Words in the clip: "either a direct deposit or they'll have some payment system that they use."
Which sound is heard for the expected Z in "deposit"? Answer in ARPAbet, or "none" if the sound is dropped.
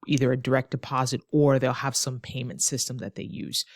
Z